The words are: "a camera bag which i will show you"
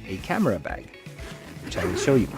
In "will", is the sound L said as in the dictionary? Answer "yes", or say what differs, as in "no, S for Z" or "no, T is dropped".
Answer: no, N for L